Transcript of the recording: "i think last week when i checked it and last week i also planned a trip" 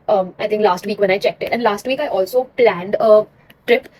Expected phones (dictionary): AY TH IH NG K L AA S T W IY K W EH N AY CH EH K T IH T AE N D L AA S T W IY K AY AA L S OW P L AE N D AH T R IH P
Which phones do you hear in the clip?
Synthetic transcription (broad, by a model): AY T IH NG K L AA S T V IY K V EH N AY CH EH K T IH T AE N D L AA S T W IY K AY AA L S OW P L AE N D AH T R IH P